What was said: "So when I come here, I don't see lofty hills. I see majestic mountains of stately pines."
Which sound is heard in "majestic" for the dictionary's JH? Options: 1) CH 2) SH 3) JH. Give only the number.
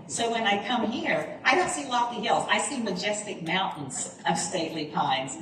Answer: 3